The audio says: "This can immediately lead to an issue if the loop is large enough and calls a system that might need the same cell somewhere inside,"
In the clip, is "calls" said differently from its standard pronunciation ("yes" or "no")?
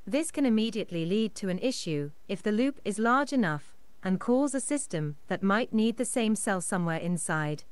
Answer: yes